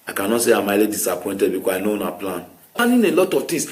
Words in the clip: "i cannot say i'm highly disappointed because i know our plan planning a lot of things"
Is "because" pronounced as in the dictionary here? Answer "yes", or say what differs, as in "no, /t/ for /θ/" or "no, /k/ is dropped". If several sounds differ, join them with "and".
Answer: no, /z/ is dropped